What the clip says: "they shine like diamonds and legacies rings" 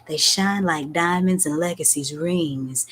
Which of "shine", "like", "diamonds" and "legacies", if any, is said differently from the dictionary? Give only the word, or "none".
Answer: none